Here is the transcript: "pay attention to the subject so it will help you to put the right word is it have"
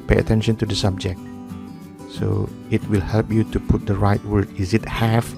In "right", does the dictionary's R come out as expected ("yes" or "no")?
yes